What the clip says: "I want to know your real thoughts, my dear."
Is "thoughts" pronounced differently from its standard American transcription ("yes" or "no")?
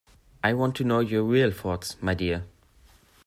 yes